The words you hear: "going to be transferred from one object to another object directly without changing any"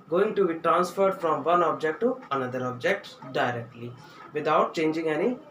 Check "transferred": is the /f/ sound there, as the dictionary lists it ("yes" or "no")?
yes